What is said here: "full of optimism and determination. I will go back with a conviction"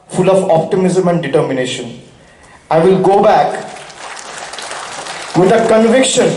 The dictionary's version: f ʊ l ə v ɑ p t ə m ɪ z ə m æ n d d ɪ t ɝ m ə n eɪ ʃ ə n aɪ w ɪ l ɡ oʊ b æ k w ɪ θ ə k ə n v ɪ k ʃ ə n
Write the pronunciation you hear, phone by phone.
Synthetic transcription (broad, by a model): f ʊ l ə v ɑ p t ə m ɪ z ə m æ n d d ɪ t ɝ m ə n eɪ ʃ ə n aɪ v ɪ l ɡ oʊ b æ k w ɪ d ə k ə n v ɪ k ʃ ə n